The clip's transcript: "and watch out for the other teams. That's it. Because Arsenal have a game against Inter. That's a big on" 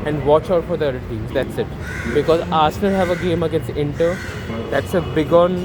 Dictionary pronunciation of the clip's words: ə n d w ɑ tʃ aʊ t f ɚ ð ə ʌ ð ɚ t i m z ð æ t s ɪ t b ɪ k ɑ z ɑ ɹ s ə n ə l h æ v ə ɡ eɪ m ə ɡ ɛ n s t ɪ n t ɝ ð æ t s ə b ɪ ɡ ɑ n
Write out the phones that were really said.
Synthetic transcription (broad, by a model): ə n d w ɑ tʃ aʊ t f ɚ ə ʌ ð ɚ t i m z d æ t s ɪ t b ɪ k ɑ z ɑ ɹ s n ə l h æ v ə ɡ eɪ m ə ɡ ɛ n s ɪ n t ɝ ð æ t s ə b ɪ ɡ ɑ n